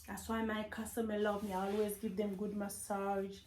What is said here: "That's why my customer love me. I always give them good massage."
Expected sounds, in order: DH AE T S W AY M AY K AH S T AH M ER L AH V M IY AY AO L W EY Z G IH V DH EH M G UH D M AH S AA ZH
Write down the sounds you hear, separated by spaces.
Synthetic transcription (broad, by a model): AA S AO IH M AY K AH S T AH M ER L AH V M IY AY AO L W EY Z G IH V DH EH M G UH D M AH S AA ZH